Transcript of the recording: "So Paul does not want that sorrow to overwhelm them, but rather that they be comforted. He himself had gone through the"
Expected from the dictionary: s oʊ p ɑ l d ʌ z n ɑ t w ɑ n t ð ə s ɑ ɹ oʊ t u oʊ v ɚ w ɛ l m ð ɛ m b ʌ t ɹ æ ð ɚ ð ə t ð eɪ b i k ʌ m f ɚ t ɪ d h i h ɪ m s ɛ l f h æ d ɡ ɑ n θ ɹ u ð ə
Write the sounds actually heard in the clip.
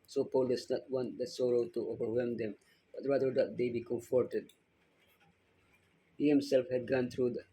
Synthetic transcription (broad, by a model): s oʊ p ɑ l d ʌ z n ɑ t w ɑ n t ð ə s ɑ ɹ oʊ t u oʊ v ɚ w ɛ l m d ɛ m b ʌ t ɹ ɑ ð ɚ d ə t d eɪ b i k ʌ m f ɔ t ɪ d h i h ɪ m s ɛ l f h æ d ɡ ɑ n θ ɹ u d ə